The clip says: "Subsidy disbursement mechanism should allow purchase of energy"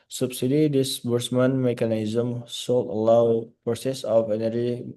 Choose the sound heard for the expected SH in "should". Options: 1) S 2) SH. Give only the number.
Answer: 1